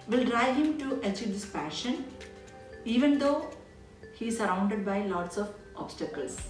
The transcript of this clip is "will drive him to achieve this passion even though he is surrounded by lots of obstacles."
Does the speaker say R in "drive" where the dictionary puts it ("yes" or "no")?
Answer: yes